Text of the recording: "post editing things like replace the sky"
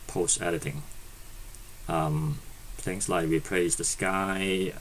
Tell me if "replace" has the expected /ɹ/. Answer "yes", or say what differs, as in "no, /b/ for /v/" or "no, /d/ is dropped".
no, /w/ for /ɹ/